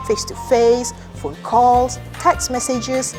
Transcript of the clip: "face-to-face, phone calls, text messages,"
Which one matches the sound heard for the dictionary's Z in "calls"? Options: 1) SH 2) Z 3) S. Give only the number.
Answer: 3